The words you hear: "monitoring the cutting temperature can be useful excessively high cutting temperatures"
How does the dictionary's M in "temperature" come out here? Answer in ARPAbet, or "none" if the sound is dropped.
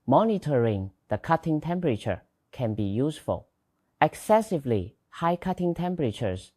M